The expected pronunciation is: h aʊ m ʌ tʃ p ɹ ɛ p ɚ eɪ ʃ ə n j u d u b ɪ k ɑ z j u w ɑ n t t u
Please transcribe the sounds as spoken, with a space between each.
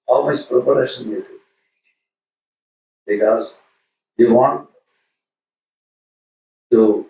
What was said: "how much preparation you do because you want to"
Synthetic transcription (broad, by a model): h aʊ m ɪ s p ɹ ɛ p ɚ eɪ ʃ ə n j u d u b ɪ k ɑ z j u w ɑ n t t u